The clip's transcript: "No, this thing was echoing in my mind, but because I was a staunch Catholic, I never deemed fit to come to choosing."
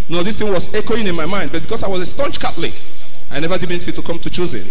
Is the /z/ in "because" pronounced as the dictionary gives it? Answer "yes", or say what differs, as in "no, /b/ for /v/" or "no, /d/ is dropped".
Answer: no, /s/ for /z/